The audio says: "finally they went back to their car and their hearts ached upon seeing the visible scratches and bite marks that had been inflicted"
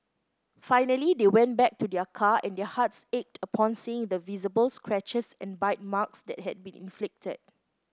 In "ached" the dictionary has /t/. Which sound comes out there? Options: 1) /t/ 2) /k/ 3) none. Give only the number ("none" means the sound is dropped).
1